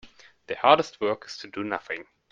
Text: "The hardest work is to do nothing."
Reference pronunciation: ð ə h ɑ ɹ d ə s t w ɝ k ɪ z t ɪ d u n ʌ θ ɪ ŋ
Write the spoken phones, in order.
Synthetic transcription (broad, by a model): ð ə h ɑ ɹ d ə s t w ɝ k ɪ z t ɪ d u n ʌ θ ɪ ŋ